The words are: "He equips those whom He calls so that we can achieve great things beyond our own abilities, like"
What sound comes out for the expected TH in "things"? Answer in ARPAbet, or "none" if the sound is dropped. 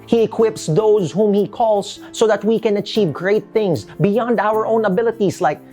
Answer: TH